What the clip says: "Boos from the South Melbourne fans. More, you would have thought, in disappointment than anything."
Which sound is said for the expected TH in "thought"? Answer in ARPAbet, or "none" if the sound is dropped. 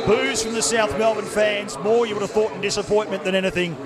TH